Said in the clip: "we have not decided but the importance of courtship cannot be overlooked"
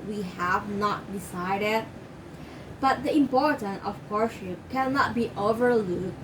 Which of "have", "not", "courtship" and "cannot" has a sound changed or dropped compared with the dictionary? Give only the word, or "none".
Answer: courtship